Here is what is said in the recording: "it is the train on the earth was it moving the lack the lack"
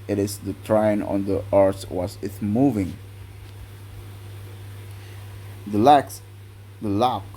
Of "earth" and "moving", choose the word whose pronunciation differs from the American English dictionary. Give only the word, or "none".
earth